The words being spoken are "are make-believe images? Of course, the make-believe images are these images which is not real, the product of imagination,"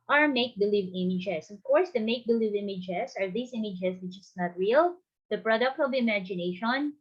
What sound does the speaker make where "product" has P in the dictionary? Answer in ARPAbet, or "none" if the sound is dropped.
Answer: P